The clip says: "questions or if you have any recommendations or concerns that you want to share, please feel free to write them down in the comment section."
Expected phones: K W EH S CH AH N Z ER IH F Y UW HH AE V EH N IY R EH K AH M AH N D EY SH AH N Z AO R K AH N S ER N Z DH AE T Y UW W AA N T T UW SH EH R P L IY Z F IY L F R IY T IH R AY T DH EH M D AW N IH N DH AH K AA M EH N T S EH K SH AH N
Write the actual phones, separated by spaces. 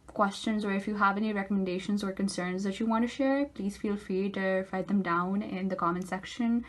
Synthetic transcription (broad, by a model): K W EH S CH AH N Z ER IH F Y UW HH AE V EH N IY R EH K AH M AH N D EY SH AH N Z AO R K AH N S ER N Z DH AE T Y UW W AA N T T UW SH EH R P L IY Z F IY L F R IY T IH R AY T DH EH M D AW N IH N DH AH K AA M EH N S EH K SH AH N